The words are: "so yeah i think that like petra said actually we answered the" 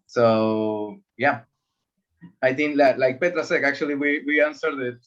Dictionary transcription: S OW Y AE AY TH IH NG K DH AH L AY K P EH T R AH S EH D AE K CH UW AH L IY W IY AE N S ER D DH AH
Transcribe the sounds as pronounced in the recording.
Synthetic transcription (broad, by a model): S OW Y AE AY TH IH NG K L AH L AY K P EH T R AH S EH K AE K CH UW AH W IY W IY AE N S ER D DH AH